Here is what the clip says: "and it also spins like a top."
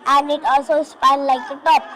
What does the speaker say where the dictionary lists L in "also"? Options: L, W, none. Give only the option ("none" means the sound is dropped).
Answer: none